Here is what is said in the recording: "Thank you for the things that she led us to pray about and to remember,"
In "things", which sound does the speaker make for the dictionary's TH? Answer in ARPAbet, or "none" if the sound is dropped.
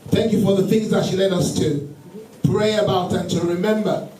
TH